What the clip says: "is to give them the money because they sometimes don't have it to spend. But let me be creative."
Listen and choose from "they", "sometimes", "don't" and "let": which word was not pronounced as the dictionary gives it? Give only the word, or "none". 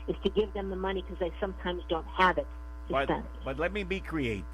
none